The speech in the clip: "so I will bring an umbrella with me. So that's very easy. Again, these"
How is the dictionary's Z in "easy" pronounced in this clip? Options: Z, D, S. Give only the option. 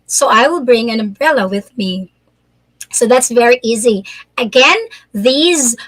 Z